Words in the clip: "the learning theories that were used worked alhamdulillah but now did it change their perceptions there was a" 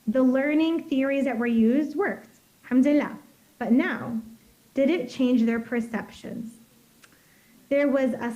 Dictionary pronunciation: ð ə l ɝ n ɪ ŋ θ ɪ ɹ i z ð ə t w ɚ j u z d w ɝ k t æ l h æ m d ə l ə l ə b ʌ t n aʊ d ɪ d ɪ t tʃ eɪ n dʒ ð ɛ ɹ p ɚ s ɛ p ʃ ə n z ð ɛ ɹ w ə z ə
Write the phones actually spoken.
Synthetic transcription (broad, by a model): ð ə l ɝ n ɪ ŋ θ ɪ ɹ i z ð ə t w ɚ j u z d w ɝ k t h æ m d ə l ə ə b ʌ t n aʊ d ɪ d ɪ t tʃ eɪ n dʒ ð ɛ ɹ p ɚ s ɛ p ʃ ə n z ð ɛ ɹ w ə z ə